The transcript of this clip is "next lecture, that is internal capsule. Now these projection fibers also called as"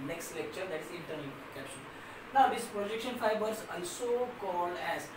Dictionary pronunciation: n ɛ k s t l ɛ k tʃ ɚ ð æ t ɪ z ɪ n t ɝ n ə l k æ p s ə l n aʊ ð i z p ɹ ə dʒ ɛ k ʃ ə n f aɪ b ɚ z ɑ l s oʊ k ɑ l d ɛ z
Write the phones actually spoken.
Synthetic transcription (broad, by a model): n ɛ k s t l ɛ k tʃ ɚ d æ t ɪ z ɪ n t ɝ l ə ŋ k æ p ʃ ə n n aʊ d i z p ɹ ə dʒ ɛ k ʃ ə n f aɪ b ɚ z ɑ n s oʊ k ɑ l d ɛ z